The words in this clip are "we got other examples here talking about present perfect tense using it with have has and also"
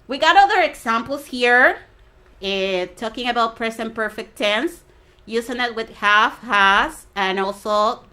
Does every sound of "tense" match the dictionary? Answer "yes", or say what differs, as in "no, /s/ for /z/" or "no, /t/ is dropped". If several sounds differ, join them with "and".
yes